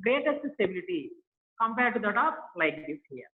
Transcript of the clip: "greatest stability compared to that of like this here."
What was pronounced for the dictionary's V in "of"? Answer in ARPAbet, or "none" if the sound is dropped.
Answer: P